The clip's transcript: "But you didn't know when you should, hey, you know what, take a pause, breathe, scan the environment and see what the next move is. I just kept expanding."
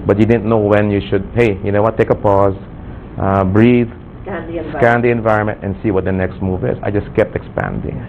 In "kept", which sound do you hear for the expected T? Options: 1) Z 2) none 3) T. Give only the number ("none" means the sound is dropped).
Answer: 3